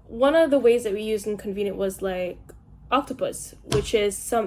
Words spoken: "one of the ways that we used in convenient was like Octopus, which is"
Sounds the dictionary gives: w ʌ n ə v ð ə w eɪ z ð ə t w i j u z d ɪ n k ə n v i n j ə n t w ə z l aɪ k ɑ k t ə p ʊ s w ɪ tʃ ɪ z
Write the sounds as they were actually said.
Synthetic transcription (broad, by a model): w ʌ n ə v ð ə w eɪ z ð ə t w i j u z d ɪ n k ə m v i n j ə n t w ə z l aɪ k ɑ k t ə p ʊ s w ɪ tʃ ɪ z